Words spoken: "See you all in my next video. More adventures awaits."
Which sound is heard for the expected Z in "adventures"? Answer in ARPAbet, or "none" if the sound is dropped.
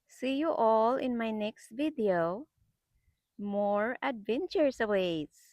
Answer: S